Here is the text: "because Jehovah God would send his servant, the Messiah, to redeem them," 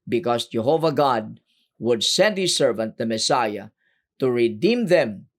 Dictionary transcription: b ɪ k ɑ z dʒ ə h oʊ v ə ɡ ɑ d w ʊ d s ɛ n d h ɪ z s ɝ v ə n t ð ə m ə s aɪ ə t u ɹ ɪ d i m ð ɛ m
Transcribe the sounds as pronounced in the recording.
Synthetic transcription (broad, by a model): b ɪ k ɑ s dʒ ə h oʊ v ə ɡ ɑ d w ʊ d s ɛ n d h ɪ s ɝ v ə n t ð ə m ə s aɪ ə t u ɹ ɪ d i m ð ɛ m